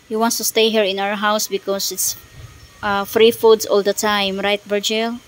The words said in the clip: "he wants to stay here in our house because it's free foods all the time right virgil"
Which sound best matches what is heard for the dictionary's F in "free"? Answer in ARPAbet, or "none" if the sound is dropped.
F